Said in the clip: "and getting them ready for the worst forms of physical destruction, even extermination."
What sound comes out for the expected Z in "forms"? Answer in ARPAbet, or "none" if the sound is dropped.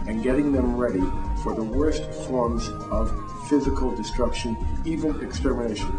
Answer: Z